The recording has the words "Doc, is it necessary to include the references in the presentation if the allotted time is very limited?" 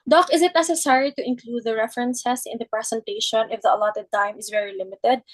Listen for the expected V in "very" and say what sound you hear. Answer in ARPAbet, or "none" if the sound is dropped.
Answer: V